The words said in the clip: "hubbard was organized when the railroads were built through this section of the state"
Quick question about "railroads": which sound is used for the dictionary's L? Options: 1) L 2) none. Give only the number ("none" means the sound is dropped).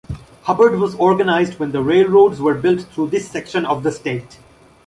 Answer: 1